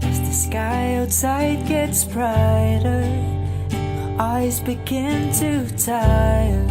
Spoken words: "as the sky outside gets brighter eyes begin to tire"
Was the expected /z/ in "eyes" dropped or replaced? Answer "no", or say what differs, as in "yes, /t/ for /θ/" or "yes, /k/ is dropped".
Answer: no